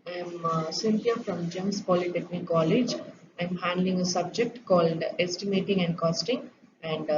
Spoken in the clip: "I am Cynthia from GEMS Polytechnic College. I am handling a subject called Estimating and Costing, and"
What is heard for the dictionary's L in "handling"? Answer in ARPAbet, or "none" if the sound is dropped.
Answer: L